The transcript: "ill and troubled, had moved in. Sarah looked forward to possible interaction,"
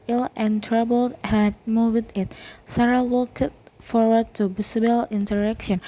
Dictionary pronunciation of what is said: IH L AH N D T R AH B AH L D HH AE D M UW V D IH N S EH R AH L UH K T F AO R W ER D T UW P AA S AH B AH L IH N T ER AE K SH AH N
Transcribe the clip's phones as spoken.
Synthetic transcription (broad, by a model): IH L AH N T R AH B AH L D HH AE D M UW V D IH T S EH R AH L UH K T F AO R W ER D T UW B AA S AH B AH L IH N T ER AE K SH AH N